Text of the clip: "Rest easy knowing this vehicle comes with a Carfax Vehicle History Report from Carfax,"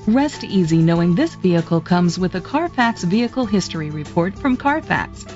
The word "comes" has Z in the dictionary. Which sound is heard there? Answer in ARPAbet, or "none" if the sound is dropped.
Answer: Z